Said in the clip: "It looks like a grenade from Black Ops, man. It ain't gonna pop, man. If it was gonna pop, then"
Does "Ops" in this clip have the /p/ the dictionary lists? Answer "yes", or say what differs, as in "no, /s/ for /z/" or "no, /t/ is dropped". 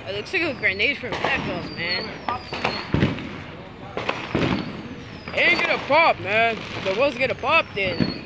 no, /p/ is dropped